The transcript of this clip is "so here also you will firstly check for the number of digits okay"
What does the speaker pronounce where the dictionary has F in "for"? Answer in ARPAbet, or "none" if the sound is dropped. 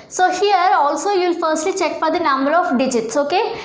P